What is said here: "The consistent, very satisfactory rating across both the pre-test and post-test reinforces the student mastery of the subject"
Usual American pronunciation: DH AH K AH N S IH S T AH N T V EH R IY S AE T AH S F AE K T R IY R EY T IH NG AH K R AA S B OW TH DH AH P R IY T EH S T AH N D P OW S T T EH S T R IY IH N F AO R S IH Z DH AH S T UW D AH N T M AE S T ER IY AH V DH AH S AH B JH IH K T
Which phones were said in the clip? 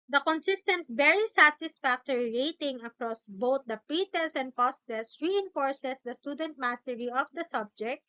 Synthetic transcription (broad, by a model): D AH K AH N S IH S T AH N T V EH R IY S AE T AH S F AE K T R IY R EY T IH NG AH K R AA S B OW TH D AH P IY T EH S AH N D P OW S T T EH S R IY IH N F AO R S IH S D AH S T UW D AH N T M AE S T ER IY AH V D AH S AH B JH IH K T